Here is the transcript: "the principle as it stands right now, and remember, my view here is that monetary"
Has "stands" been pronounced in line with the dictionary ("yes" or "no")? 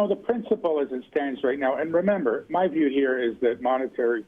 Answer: yes